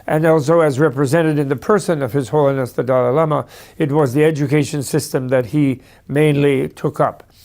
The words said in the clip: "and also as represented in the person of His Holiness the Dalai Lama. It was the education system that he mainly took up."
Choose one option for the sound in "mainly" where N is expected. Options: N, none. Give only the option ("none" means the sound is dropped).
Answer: N